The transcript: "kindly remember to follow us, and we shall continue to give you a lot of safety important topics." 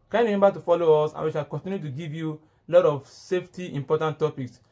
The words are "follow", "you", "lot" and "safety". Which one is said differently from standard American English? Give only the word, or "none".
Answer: none